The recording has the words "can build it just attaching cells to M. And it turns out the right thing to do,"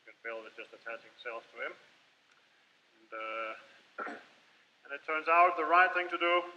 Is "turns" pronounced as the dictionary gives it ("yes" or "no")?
yes